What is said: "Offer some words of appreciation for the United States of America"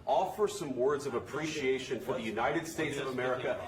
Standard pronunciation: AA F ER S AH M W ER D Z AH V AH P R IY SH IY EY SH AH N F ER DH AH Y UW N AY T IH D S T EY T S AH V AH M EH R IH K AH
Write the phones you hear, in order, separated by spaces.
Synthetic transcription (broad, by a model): AA F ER S AH M W ER D Z AH V AH P R IY SH IY EY SH AH N F ER DH AH Y UW N AY T IH D S T EY T S AH V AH M EH R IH K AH